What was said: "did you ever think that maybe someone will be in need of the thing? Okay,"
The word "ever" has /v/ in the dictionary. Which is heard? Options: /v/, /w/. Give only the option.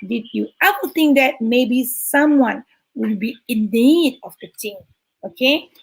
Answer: /w/